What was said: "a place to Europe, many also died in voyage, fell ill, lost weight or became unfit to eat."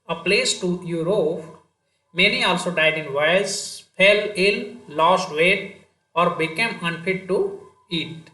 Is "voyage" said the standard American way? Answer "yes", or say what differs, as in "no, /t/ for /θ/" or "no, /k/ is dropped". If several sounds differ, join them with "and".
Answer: no, /z/ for /dʒ/